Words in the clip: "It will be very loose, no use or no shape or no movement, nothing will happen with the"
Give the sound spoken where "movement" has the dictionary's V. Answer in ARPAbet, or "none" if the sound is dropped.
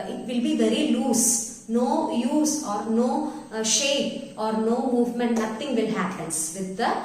V